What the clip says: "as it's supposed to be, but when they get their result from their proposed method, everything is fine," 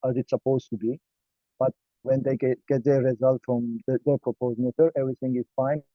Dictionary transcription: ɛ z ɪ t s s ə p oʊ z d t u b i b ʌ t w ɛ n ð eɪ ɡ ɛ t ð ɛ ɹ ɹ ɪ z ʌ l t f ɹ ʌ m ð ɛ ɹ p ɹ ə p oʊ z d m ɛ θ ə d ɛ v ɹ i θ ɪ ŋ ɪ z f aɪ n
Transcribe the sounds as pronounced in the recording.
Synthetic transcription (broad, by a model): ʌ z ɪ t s s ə p oʊ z t u b i b ʌ t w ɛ n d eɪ ɡ ɛ t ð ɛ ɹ ɹ ɪ z ʌ l t f ɹ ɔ m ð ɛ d p ɹ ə p oʊ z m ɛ t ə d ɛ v ɹ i t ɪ ŋ ɪ z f aɪ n